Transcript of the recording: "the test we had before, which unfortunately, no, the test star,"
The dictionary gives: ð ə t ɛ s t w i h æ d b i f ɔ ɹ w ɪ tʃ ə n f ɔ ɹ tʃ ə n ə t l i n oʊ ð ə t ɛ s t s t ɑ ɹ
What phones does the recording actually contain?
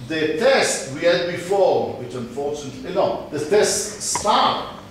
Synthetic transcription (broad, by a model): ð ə t ɛ s t w i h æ d b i f ɔ w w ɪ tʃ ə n f ɔ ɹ tʃ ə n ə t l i n oʊ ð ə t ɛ s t s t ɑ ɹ